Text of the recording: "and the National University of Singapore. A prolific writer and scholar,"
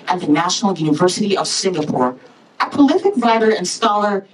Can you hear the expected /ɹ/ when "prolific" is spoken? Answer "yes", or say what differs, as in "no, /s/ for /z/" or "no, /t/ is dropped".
no, /ɹ/ is dropped